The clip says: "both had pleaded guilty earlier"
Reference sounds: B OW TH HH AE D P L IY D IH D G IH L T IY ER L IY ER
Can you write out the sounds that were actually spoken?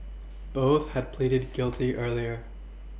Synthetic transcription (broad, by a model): B OW TH HH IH D P L IY D IH D G IH L T IY ER L IY ER